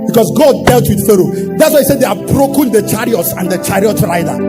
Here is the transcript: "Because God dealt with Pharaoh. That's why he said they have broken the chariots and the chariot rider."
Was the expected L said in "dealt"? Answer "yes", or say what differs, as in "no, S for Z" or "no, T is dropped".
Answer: yes